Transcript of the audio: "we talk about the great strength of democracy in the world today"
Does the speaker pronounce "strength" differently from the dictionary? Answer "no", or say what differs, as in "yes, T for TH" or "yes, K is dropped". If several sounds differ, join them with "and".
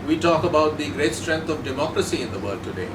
yes, T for TH